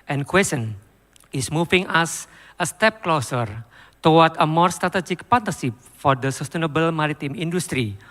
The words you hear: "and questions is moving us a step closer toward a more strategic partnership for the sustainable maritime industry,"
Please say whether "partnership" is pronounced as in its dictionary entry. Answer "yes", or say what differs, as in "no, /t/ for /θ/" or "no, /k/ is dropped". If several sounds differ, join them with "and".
no, /n/ is dropped and /s/ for /ʃ/